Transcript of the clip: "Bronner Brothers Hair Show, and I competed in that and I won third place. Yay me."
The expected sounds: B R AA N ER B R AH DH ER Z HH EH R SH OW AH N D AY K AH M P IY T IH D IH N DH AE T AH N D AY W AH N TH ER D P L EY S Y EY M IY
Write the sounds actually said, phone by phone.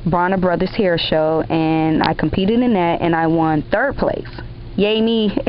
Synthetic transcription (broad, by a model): B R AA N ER B R AH DH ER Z HH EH R SH OW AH N AY K M P IY T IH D IH N DH AE T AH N AY W AH N TH ER D P L EY S Y EY M IY